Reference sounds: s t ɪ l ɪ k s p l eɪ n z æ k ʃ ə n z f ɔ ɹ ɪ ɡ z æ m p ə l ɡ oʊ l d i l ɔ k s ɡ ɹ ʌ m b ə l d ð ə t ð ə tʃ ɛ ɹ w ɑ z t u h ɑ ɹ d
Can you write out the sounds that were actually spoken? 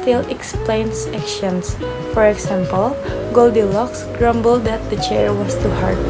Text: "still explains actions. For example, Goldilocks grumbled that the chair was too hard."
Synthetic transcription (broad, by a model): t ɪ l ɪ k s p l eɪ n s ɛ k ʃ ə n s f ɔ ɹ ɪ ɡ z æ m p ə l ɡ oʊ l d i l ɔ k s ɡ ɹ ʌ m b ə l d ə t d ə tʃ ɛ ɹ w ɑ s t u h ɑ ɹ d